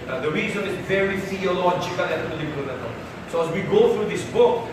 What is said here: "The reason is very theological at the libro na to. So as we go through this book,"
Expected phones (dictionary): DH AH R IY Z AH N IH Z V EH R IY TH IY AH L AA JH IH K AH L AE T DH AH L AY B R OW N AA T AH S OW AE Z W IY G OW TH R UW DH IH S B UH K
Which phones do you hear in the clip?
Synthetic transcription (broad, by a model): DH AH R IY Z AH N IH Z V EH R IY F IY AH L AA CH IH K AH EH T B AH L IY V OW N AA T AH S OW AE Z W IY G OW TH R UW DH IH S B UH K